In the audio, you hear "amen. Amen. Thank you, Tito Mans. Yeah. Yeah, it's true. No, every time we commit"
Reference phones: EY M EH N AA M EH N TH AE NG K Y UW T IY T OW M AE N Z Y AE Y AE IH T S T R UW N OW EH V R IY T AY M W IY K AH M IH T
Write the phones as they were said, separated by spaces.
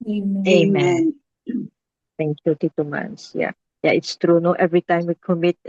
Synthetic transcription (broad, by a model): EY M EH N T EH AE NG K Y UW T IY T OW M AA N S Y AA Y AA IH T S T R UW N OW EH V R IY T AY M W IY K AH M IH T